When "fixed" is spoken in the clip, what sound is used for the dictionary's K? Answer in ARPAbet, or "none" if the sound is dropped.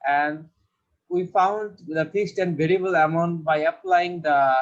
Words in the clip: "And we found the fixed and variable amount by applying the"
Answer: none